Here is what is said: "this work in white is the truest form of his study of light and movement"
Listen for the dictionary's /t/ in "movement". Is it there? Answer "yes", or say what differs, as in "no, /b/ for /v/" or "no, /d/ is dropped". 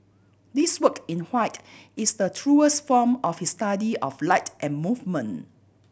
no, /t/ is dropped